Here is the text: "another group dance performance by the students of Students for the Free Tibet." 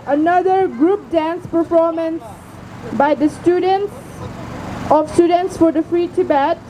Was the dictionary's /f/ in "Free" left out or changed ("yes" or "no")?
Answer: no